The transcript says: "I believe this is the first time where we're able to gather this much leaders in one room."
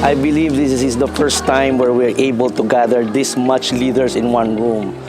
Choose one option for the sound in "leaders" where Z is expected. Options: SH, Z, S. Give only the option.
S